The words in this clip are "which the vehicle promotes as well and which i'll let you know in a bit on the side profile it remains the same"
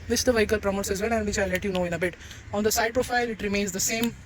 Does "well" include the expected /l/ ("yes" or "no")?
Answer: no